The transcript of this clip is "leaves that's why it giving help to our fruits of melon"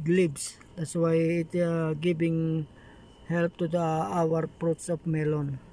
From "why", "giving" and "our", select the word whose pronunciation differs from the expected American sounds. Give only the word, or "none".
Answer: giving